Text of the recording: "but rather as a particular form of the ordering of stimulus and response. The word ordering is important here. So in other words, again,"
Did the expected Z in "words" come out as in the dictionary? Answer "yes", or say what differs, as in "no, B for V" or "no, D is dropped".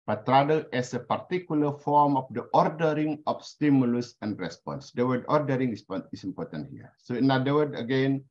no, Z is dropped